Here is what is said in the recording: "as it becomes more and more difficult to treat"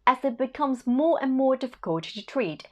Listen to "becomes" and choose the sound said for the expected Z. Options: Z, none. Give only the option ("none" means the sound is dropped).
Z